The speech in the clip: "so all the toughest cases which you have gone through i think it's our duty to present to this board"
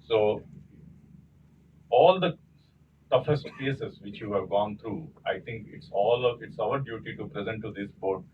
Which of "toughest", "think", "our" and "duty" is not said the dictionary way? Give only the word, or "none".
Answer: think